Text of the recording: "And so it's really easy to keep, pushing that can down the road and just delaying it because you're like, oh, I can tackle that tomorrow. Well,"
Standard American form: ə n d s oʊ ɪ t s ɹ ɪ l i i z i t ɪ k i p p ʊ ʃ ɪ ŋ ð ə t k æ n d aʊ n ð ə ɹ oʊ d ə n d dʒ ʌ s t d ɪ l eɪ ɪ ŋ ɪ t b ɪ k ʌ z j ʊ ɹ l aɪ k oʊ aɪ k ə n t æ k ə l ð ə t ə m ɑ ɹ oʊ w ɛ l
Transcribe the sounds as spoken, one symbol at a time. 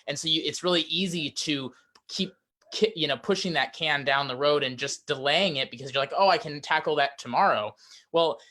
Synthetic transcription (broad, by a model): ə n s oʊ ɪ t s ɹ ɪ l i i z i t ɪ k i p p ʊ ʃ ɪ ŋ ð ə t k æ n d aʊ n ð ə ɹ oʊ d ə n dʒ ʌ s d ɪ l eɪ ɪ ŋ ɪ t b ɪ k ʌ z j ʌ ɹ l aɪ k oʊ aɪ k ə n t æ k l ð ə t ə m ɑ ɹ oʊ w ɛ l